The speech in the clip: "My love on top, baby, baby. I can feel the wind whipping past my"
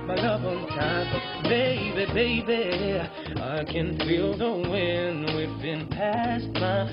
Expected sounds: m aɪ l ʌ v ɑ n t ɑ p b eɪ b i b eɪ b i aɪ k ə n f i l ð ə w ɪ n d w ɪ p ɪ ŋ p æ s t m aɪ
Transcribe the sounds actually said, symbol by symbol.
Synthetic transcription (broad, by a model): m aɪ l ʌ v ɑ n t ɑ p b eɪ b i b eɪ b i aɪ k ə n f i l ð ə w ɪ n w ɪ b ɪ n p æ s t m aɪ